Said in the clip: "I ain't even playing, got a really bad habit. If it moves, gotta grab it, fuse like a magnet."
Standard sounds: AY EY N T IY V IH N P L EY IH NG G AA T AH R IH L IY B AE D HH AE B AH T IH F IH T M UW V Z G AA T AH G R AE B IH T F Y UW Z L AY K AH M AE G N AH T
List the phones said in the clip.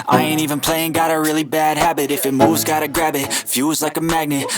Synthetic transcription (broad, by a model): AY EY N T IY V IH N P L EY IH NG G AA T AH R IH L IY B AE D HH AE B AH T IH F IH T M UW V Z G AA T AH G R AE B IH T F Y UW Z L AY K AH M AE G N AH T